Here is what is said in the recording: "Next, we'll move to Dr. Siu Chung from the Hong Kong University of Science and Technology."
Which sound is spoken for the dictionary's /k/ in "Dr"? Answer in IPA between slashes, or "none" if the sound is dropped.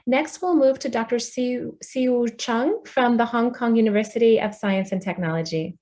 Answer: /k/